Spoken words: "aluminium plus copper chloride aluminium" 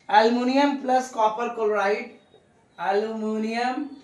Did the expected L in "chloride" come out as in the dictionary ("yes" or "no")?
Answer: no